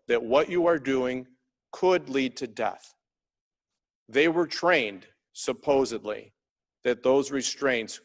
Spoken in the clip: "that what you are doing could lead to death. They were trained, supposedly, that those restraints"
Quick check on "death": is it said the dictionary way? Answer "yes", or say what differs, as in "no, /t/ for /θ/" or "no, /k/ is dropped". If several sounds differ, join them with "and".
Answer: yes